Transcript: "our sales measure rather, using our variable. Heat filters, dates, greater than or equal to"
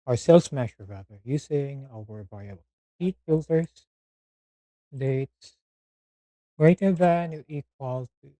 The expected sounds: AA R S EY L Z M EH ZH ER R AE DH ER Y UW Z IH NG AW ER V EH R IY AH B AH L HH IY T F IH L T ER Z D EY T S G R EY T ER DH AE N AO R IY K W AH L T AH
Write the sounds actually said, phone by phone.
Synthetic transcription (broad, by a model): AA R S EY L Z M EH SH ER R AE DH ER Y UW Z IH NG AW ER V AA IY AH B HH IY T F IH L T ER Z D EY T S G R EY T ER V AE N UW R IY K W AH L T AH